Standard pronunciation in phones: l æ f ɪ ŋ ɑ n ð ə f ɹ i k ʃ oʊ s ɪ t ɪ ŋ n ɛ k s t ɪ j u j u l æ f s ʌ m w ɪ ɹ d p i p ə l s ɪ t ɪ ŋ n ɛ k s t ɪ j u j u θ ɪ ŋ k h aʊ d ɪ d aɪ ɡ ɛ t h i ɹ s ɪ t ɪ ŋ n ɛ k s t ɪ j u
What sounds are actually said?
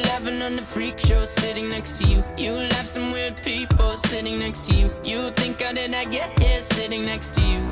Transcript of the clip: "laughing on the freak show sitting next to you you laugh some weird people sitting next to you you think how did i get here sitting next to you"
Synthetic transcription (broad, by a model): l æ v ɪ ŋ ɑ n ð ə f ɹ i k ʃ oʊ s ɪ t ɪ ŋ n ɛ k s t ɪ j u j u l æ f s ʌ m w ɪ l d p i p l s ɪ t ɪ ŋ n ɛ k s t ɪ j u j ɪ θ ɪ ŋ k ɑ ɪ d ɪ d aɪ ɡ ɛ t h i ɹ s ɪ t ɪ ŋ n ɛ k s t ɪ j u